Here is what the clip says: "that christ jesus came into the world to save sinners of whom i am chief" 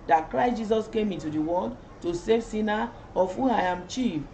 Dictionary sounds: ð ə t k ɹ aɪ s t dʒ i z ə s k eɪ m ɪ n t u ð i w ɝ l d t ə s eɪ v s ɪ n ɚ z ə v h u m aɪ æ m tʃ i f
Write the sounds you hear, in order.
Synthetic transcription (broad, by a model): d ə t k ɹ aɪ s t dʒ i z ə s k eɪ m ɪ n t u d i w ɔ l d t ə s eɪ v s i n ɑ ə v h u aɪ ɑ m tʃ i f